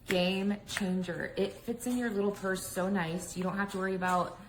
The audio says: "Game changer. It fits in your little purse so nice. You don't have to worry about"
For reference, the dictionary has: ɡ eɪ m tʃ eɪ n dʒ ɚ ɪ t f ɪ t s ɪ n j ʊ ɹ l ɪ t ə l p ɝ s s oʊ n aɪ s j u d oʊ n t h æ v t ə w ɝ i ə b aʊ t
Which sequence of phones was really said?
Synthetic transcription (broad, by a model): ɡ eɪ m tʃ eɪ n dʒ ɚ ɪ t f ɪ t s ɪ n j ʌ ɹ l ɪ t l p ɝ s s oʊ n aɪ s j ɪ d oʊ n t h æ f t ə w ɝ i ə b aʊ t